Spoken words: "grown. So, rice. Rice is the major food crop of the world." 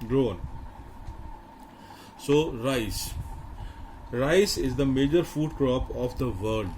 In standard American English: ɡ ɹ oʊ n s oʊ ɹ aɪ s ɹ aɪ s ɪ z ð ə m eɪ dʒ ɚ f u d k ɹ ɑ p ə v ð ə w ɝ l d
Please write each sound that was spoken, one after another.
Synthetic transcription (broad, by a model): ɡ ɹ oʊ n s oʊ ɹ aɪ s ɹ aɪ s ɪ z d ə m eɪ dʒ ɚ f u d k ɹ ɑ p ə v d ə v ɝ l d